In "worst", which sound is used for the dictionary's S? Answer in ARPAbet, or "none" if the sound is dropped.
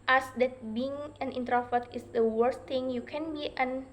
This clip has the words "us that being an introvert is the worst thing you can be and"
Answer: S